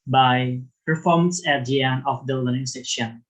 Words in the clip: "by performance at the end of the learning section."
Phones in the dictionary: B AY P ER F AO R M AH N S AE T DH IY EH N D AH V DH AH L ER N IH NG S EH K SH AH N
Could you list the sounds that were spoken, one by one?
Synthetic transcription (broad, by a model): B AY P ER F AO R M AH N S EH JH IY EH N AH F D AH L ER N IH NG S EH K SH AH N